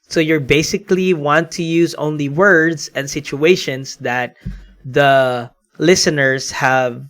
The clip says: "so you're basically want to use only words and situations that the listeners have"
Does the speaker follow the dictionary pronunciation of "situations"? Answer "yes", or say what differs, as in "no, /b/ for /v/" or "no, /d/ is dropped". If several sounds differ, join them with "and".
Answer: no, /s/ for /z/